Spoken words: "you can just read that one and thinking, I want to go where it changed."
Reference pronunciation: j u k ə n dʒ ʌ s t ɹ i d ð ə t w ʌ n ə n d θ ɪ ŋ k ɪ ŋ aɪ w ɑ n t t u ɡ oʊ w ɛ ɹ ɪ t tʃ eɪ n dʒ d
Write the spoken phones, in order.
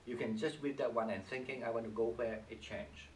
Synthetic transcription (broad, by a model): j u k ə n dʒ ʌ s t w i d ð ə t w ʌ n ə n θ ɪ ŋ k ɪ ŋ aɪ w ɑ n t t u ɡ oʊ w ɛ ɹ ɪ t tʃ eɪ n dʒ